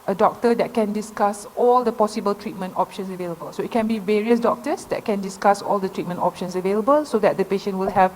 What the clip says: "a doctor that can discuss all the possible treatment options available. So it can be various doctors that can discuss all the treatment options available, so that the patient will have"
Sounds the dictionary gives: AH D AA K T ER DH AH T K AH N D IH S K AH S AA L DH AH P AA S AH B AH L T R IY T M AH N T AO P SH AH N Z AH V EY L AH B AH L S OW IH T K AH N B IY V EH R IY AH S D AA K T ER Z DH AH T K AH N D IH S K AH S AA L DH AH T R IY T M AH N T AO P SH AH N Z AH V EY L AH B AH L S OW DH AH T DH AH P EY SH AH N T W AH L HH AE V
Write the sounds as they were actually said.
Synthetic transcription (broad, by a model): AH D AA K T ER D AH T K AH N D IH S K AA S AA L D AH P AA S AH B AH L T R IY T M AH N T AO P SH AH N S AH V EY L AH B AH L S OW IH T K AH N B IY V EH R IY AH S D AA K T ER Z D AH T K AH N D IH S K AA S AA L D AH T R IY T M AH N T AO P SH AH N S AH V EY L AH B AH L S OW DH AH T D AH P EY SH AH N T W AH L HH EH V